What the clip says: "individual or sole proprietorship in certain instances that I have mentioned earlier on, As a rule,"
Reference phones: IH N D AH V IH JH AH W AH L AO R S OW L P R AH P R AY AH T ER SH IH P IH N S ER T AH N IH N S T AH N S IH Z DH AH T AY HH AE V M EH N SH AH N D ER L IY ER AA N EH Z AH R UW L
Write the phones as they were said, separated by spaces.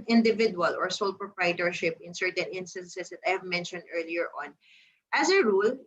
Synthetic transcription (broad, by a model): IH N D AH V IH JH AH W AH L AO R S OW L P R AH P R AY T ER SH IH P IH N S ER T AH N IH N S T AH N S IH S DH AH T AY HH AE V M EH N SH AH N D ER L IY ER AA N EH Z AH R UW L